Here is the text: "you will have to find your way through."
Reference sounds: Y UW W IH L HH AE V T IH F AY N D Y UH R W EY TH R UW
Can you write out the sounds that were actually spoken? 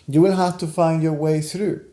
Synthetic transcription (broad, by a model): Y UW W IH L HH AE F T IH F AY N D Y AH R W EY TH R UW